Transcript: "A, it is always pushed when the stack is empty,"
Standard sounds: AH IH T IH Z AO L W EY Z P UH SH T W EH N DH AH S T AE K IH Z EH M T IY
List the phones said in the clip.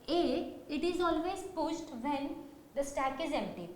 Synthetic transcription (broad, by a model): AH IH T IH Z AO L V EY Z P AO S T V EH N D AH S T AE K IH Z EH M T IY